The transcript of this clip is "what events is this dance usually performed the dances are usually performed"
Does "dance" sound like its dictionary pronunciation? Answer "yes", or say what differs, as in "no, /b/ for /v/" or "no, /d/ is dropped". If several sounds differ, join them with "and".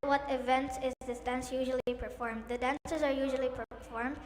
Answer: yes